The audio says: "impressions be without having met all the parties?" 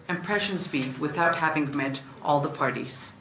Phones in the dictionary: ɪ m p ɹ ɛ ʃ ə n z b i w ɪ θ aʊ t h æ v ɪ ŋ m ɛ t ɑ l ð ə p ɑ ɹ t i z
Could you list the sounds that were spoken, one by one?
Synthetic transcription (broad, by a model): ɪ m p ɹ ɛ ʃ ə n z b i w ɪ θ aʊ t h æ v ɪ ŋ m ɛ t ɑ l ð ə p ɑ ɹ t i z